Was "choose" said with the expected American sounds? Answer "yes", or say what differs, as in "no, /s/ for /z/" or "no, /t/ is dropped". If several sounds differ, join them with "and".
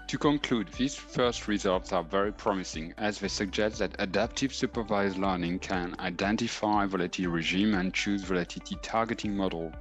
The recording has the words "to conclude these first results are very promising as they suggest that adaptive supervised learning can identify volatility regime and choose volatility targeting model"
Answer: yes